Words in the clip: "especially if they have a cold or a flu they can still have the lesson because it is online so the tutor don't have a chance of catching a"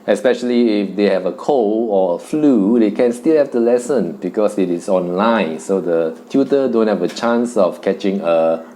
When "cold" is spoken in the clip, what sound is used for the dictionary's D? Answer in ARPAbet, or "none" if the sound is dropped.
none